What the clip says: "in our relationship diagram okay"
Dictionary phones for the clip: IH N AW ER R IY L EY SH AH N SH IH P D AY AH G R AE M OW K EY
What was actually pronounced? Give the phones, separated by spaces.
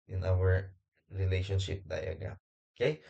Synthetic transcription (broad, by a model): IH N AW ER R IY L EY SH AH N SH IH P D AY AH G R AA OW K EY